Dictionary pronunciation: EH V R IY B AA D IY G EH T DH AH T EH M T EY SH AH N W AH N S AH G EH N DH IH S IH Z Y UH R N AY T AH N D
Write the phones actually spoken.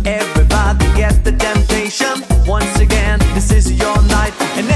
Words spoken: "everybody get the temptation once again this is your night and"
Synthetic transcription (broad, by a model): EH V R IY B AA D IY G EH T DH AH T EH M T EY SH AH N W AH N S AH G EH N DH IH S IH Z Y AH R N AY T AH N